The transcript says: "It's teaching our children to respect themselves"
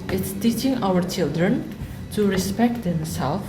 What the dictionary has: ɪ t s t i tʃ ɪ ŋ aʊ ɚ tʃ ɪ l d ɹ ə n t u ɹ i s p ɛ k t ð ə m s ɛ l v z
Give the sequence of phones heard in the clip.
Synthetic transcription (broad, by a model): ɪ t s t i tʃ ɪ ŋ aʊ ɚ tʃ ɪ l d ɹ ə n t u ɹ i s p ɛ k t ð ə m s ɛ l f